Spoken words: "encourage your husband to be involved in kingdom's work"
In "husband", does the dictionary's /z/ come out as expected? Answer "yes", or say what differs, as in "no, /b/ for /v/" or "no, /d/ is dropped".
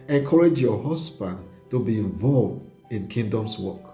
no, /s/ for /z/